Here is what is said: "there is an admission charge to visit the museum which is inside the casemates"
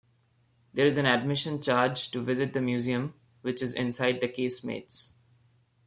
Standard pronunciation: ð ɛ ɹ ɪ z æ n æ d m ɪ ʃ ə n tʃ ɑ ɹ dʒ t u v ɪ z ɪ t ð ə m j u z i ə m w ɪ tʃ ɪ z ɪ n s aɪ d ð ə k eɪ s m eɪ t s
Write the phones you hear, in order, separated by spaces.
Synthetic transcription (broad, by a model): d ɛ ɹ ɪ z æ n æ d m ɪ ʃ ə n tʃ ɑ ɹ dʒ t u v ɪ z ɪ t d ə m j u z i ə m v ɪ tʃ ɪ z ɪ n s aɪ d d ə k eɪ s m eɪ t s